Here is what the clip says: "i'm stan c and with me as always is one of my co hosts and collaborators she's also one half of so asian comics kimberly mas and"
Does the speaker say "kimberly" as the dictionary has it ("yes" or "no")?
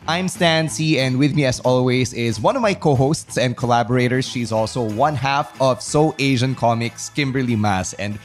yes